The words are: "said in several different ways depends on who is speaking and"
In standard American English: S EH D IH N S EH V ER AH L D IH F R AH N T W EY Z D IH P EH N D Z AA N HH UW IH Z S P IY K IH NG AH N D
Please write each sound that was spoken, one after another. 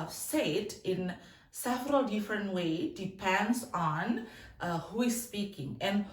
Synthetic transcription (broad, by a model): S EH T IH N S EH V ER AH L D IH F R AH N T W EY D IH P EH N D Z AA N HH UW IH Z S P IY K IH NG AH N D